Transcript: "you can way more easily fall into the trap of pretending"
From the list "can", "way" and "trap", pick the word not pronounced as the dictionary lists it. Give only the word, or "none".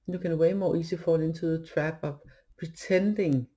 trap